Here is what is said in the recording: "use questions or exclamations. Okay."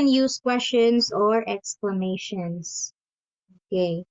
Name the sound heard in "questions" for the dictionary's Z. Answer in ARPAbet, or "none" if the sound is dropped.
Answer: S